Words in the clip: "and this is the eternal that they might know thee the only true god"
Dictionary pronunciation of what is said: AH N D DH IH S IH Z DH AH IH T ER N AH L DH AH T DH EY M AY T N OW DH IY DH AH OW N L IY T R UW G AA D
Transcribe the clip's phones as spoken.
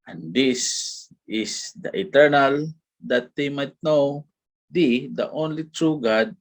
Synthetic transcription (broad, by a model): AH N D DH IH S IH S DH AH IH T ER N AH L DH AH T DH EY M AY T N OW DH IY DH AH OW N L IY T R UW G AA D